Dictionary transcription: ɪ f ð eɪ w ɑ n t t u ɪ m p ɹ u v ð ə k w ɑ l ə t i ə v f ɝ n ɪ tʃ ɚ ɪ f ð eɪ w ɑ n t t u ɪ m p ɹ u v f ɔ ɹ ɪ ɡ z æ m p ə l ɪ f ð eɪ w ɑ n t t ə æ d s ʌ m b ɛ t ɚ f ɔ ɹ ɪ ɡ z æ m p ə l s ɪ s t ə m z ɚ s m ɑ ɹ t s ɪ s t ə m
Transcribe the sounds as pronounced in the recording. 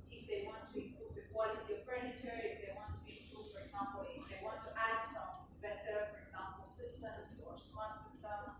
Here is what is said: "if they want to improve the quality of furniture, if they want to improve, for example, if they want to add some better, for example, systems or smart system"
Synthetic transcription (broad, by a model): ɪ f ð eɪ w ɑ n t t u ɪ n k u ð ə k w ɑ l ə t i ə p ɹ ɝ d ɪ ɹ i ɪ f ð eɪ w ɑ n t t u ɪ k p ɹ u f ɔ ɹ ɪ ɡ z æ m p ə l ɪ f ð eɪ w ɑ n t t æ d s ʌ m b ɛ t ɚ f ɔ ɹ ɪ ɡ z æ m p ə l s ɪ s t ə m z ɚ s ɑ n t s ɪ s t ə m